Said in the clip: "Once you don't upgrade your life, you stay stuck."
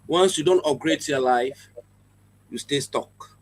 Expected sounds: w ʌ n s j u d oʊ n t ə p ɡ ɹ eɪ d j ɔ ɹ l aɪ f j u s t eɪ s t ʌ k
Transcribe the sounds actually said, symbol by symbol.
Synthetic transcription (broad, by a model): w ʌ n s j u d oʊ n t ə ɡ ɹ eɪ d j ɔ l aɪ f j u s t eɪ s t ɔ k